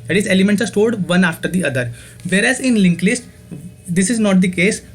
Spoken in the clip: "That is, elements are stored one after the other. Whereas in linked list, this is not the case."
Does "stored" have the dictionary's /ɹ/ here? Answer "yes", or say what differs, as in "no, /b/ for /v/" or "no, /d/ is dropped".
no, /l/ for /ɹ/